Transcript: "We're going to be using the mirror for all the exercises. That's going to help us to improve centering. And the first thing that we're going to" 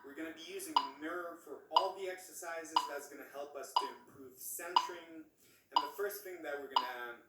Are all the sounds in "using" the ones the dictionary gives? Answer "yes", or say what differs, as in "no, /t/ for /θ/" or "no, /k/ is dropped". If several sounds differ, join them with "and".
yes